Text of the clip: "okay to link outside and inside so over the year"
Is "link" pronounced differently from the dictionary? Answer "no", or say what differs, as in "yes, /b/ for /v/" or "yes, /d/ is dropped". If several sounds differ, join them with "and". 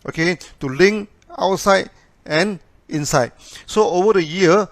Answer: yes, /k/ is dropped